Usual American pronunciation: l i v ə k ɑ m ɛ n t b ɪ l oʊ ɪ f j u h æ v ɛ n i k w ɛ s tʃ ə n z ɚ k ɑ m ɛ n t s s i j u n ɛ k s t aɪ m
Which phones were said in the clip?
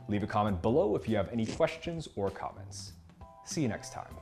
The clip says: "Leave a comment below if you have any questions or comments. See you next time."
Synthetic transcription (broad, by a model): l i v ə k ɑ m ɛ n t b ɪ l oʊ ɪ f j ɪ v ɛ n i k w ɛ s tʃ ə n z ɚ k ɑ m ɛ n t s s i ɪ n ɛ k s t aɪ m